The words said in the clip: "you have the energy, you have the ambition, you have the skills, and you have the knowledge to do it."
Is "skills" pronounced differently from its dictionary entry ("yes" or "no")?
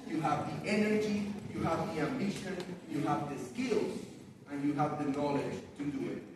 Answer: no